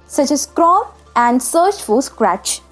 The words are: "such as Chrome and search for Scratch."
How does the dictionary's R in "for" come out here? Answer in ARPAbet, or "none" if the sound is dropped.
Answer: L